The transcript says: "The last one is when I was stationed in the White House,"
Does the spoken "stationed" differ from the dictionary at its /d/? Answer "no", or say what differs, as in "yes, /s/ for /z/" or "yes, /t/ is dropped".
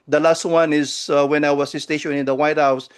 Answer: yes, /d/ is dropped